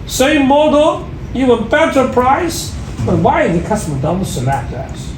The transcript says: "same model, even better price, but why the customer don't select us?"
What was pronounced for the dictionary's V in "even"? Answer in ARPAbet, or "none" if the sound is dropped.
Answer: none